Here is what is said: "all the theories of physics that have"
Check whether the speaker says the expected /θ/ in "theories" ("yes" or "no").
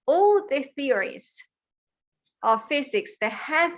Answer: yes